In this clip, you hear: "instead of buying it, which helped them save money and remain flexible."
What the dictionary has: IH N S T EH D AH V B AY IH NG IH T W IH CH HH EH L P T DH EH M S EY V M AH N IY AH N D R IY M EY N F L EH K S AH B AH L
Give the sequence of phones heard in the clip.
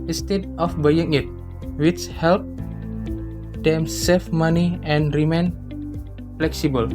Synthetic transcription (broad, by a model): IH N S T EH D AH F B AY IH NG IH T W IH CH HH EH L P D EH M S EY F M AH N IY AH N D R IY M EY N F L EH K S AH B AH L